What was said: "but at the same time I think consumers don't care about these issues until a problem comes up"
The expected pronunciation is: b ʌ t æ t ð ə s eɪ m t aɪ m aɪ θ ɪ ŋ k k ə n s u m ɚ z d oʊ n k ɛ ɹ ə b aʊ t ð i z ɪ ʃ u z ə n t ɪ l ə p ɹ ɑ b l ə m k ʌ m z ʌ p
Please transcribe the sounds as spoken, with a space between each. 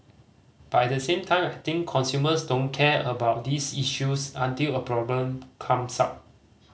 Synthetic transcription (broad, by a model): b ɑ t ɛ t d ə s eɪ m t aɪ m aɪ t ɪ ŋ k k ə n s u m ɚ s d oʊ n k ɛ ə b aʊ t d i s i ʃ u s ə n t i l ə p ɹ ɑ b l ə m k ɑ m s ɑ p